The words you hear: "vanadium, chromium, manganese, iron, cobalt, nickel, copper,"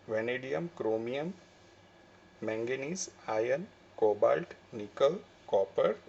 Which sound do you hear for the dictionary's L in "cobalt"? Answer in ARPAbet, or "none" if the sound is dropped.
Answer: L